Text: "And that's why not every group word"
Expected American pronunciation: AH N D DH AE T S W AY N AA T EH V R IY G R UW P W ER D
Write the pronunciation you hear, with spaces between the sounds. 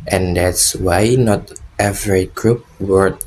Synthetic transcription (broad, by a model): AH N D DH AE T S W AY N AA T EH V R IY G R UW P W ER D